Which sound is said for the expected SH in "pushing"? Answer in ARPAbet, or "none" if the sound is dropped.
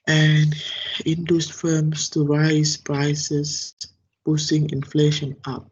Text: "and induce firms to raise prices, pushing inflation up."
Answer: S